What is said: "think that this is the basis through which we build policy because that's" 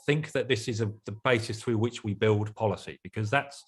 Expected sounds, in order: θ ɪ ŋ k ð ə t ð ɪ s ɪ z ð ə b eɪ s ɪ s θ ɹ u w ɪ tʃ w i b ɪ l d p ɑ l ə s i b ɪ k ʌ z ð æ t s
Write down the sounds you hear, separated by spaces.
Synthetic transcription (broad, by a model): θ ɪ ŋ k ð ə t ð ɪ s ɪ z ð ə b eɪ s ɪ s θ ɹ u w ɪ tʃ w i b ɪ l d p ɑ l ə s i b ɪ k ʌ z ð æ t s